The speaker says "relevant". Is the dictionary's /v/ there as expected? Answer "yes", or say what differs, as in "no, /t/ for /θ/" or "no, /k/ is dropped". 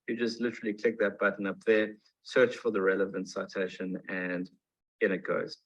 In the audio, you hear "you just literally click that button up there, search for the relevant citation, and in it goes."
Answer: yes